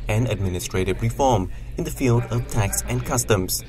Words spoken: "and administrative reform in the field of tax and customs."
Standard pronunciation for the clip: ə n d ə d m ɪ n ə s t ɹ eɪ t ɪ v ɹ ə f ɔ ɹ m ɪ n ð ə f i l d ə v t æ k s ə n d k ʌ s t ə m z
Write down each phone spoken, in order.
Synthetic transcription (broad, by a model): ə n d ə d m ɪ n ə s t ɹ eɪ t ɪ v ɹ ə f ɔ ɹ m ɪ n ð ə f i l d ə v t æ k s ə n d k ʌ s t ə m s